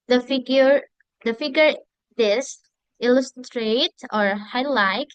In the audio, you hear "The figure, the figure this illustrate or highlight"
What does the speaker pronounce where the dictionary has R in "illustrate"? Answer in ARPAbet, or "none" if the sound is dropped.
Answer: R